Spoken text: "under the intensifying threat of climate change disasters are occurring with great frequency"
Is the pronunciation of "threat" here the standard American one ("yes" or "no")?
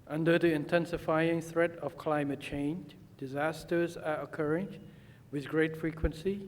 yes